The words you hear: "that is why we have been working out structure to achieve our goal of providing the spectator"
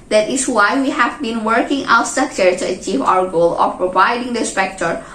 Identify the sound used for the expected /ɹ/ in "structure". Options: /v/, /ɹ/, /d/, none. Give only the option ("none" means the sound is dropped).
none